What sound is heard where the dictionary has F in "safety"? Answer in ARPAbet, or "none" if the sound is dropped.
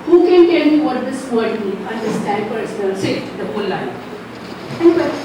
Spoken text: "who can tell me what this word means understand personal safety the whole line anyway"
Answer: none